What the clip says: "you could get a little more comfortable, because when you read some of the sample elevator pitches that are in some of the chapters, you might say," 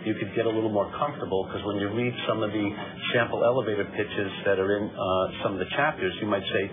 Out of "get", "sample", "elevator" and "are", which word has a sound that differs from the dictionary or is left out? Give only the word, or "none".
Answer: sample